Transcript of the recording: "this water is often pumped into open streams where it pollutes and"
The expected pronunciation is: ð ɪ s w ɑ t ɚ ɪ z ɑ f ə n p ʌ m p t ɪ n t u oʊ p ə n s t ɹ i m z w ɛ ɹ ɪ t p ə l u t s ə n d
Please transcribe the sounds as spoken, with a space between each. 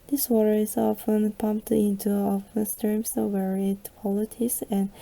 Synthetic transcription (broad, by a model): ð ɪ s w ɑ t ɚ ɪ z ɑ f ə n p ʌ m p t ɪ n t u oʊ f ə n s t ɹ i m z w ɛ ɹ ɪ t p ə l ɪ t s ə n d